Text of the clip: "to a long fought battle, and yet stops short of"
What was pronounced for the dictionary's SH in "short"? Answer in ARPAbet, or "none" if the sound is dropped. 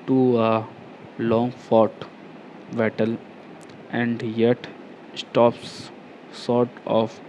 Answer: S